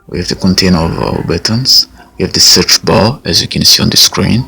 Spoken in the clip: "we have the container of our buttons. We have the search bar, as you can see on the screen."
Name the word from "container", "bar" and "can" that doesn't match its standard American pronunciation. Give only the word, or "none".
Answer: bar